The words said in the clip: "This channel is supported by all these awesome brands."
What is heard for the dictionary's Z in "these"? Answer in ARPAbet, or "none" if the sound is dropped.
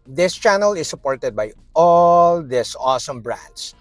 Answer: S